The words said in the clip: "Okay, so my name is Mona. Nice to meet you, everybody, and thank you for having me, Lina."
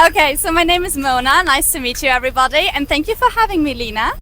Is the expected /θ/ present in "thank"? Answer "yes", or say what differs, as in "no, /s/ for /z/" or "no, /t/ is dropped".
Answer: yes